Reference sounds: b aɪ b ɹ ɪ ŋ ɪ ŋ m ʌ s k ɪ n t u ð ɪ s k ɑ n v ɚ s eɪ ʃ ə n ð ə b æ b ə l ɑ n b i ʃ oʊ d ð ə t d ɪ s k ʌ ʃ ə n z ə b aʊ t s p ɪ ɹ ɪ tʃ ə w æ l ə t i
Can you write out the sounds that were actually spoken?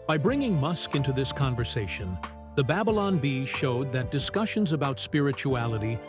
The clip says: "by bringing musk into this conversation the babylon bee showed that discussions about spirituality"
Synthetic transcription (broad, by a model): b aɪ b ɹ ɪ ŋ ɪ ŋ m ʌ s k ɪ n t u ð ɪ s k ɑ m v ɚ s eɪ ʃ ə n ð ə b æ b ə l ɑ n b i ʃ oʊ d ð ə t d ɪ s k ʌ ʃ ə n z ə b aʊ t s p ɪ ɹ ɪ tʃ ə æ l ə t i